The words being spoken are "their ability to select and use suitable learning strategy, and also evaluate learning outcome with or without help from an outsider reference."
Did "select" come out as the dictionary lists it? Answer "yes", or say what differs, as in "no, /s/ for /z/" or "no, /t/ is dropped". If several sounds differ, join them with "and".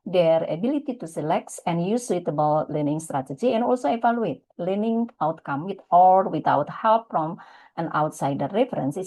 yes